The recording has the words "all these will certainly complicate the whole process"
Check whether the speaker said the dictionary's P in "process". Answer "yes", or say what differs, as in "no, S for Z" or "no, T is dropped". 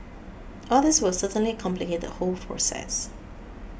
no, F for P